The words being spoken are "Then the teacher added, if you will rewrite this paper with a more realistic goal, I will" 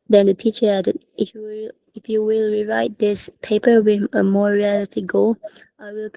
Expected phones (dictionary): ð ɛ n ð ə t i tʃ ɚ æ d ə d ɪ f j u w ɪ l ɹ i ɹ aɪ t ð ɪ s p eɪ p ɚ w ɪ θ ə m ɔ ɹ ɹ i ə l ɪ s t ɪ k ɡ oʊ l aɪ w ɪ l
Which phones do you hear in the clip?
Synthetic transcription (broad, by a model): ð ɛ n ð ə t i tʃ ɚ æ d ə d ɪ f j u w ɪ l ɹ i ɹ aɪ t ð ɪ s p eɪ p ɚ w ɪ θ ə m ɔ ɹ ɹ i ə l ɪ t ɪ ɡ oʊ l aɪ w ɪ l